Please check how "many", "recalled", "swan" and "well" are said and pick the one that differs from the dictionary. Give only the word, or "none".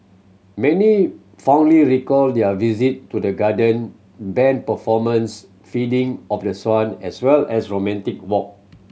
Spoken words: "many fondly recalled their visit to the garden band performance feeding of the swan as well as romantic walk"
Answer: none